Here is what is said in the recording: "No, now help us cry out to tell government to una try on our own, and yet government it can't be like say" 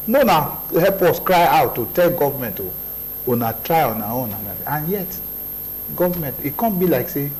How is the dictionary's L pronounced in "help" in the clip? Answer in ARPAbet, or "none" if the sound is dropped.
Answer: none